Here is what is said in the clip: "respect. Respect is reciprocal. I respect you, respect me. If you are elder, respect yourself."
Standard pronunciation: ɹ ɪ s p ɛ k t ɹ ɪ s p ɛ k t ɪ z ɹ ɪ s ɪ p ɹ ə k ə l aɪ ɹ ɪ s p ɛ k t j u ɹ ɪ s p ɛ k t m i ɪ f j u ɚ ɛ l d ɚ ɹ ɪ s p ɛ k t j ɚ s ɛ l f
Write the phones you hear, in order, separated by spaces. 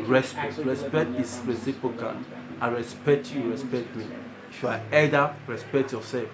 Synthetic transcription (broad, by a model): ɹ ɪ s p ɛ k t ɹ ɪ s p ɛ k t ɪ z ɹ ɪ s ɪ p ɹ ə k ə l aɪ ɹ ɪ s p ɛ k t j u ɹ ɪ s p ɛ k t m i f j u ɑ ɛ d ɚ ɹ ɪ s p ɛ k t j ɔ s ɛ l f